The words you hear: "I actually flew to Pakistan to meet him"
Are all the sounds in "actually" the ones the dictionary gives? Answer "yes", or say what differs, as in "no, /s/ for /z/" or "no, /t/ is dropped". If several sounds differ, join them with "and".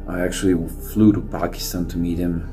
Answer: no, /w/ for /l/